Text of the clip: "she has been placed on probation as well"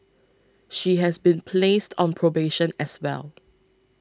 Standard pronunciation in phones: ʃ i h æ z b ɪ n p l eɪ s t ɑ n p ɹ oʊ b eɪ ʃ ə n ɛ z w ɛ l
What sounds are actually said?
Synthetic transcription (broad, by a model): ʃ i h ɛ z b ɪ n p l eɪ s t ɑ n p ɹ oʊ b eɪ ʃ ə n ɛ s w ɛ l